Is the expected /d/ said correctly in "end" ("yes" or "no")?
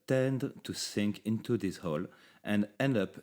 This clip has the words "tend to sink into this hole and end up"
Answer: yes